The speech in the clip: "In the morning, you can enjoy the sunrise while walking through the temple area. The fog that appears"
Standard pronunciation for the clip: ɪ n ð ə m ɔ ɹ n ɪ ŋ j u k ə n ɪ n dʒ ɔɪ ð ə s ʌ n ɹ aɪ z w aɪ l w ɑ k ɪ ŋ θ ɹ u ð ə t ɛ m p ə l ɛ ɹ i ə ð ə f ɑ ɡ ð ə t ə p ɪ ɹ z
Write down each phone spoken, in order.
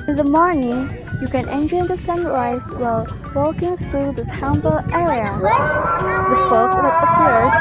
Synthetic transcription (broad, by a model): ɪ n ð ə m ɔ ɹ n ɪ ŋ j u k ə n ɪ n dʒ ɔɪ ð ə s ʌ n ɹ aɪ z w aɪ l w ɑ k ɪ ŋ θ ɹ u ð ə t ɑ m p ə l ɛ ɹ i ə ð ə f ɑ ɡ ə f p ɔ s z